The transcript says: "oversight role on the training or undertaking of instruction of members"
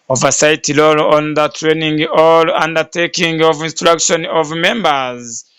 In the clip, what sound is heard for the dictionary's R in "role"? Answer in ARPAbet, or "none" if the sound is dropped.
L